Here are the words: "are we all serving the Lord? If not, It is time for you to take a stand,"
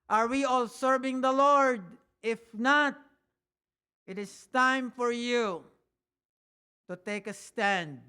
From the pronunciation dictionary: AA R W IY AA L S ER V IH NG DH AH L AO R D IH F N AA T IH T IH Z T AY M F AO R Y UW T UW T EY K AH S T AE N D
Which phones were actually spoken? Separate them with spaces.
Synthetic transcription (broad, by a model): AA R W IY AA L S ER V IH NG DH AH L AO R D IH F N AA T IH T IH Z T AY M F AO R Y UW T UW T EY K AH S T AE N D